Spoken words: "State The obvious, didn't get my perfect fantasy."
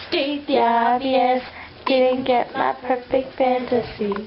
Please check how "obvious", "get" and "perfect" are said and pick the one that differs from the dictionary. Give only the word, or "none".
obvious